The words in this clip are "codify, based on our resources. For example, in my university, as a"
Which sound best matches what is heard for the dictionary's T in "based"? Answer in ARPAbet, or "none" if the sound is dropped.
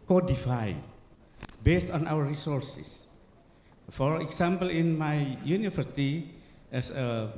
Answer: T